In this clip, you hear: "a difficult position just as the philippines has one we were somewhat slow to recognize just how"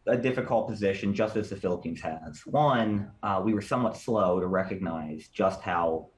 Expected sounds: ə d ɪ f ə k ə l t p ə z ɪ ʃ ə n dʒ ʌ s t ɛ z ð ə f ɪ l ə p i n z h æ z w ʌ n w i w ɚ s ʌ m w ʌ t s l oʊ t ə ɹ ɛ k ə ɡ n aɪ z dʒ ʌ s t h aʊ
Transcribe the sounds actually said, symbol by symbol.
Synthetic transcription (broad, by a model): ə d ɪ f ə k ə l t p ə z ɪ ʃ ə n dʒ ʌ s t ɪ z ð ə f ɪ l ə p i n z h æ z w ʌ n w i w ɚ s ʌ m w ʌ t s l oʊ t ə ɹ ɛ k ə ɡ n aɪ z dʒ ʌ s t h aʊ